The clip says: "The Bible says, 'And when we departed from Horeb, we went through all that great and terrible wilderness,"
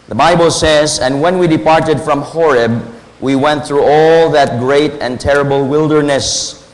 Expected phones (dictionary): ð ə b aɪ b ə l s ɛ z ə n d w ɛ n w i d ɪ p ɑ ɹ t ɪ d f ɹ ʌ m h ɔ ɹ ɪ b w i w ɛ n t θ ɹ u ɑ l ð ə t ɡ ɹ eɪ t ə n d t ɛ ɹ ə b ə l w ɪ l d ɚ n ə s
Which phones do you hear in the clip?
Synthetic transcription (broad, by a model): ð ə b aɪ b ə l s ɛ z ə n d w ɛ n w i d ɪ p ɑ ɹ t ɪ d f ɹ ʌ m h ɔ ɹ ɪ b w i w ɛ n t θ ɹ u ɑ l ð ə t ɡ ɹ eɪ t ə n t ɛ ɹ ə b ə l w ɪ l d ɚ n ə s